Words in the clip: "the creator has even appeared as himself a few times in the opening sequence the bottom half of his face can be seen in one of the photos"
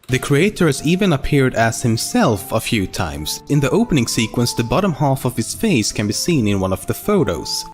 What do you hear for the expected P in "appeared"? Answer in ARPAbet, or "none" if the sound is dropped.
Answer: P